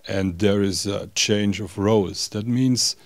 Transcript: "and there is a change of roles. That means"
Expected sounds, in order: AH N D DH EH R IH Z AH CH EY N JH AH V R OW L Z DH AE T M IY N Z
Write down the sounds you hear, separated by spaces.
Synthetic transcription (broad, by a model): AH N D DH EH R IH Z AH CH EY N JH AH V R OW Z DH AE T M IY N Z